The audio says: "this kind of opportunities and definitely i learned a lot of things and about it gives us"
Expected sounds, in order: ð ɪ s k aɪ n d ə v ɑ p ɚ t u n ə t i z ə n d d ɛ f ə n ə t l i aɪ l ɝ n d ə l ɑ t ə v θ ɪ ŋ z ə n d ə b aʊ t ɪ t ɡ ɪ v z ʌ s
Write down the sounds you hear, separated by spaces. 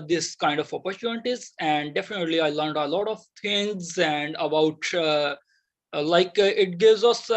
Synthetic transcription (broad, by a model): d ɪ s k aɪ n d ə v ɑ p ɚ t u n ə t i z ə n d d ɛ f ə n ə t l i aɪ l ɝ n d ə l ɑ t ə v t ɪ ŋ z ə n d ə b aʊ t ɪ t ɡ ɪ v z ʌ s